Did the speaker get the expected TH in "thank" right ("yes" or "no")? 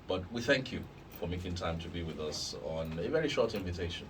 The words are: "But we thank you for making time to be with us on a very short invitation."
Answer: yes